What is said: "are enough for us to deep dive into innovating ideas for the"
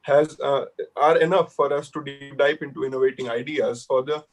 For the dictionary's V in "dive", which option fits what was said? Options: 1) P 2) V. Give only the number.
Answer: 1